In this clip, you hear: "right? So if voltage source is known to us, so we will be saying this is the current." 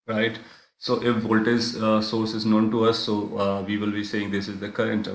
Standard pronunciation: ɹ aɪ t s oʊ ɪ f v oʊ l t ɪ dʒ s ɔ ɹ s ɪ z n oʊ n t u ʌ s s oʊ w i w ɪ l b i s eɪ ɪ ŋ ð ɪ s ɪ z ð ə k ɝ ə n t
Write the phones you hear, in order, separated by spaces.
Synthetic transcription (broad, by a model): ɹ aɪ t s oʊ ɪ f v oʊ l t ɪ z s ɔ ɹ s ɪ z n oʊ n t u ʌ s s oʊ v i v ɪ l b i s eɪ ɪ ŋ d ɪ s ɪ z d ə k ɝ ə n t